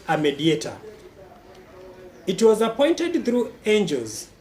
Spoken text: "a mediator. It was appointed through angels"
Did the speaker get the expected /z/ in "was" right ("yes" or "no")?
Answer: yes